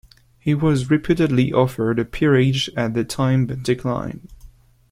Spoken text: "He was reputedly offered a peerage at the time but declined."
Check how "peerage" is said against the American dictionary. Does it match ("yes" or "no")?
yes